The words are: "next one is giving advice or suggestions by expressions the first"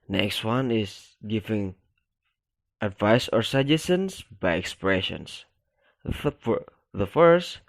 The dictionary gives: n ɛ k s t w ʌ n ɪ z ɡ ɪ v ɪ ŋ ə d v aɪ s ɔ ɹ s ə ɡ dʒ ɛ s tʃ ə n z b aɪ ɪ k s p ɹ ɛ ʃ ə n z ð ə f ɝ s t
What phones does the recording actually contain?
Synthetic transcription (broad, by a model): n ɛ k s t w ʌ n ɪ s ɡ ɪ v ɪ ŋ ə d v aɪ s ɔ ɹ s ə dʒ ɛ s ə n s b aɪ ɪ k s p ɹ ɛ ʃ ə n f ð ə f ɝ s t